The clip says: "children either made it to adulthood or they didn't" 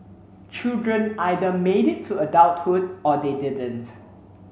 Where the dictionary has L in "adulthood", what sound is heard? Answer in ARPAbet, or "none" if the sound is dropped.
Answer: W